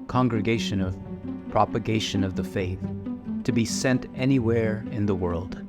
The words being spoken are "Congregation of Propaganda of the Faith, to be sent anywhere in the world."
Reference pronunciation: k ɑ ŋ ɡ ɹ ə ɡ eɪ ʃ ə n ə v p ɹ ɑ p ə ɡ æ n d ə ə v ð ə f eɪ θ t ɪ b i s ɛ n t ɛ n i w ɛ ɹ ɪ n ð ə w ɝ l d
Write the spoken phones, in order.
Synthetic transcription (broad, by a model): k ɑ ŋ ɡ ɹ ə ɡ eɪ ʃ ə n ə v p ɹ ɑ p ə ɡ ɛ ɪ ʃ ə ə v ð ə f eɪ θ t ɪ b i s ɛ n t ɛ n i w ɛ ɹ ɪ n ð ə w ɝ l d